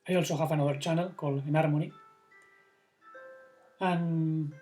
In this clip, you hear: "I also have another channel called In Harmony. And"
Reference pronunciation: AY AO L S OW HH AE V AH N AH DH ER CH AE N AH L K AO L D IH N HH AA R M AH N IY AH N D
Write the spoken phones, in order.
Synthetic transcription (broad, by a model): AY AO L S OW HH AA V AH N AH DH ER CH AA N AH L K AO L IH N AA R M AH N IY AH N